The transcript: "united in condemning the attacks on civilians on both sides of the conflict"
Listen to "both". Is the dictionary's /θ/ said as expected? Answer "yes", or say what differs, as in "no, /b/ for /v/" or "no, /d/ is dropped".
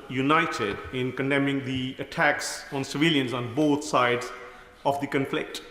no, /t/ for /θ/